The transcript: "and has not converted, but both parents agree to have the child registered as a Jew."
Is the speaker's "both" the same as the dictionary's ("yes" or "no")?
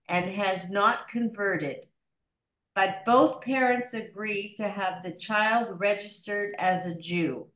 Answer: yes